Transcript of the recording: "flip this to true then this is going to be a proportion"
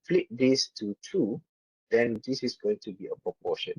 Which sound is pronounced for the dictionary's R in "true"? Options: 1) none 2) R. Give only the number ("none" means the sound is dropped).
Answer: 1